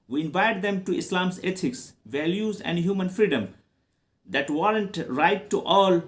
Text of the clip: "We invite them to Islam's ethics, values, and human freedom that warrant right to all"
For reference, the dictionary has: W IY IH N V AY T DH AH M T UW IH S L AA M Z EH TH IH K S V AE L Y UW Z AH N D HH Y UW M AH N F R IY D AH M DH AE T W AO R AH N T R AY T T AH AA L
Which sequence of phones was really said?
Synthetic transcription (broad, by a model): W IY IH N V AY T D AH M T UW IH S L AA M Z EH T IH K S V AE L Y UW Z AH N D HH Y UW M AH N F R IY D AH M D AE T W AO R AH N T R AY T T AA L